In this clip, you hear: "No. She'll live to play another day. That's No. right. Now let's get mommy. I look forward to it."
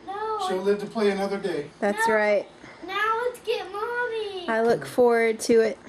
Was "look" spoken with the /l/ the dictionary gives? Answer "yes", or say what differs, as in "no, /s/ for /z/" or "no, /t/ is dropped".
yes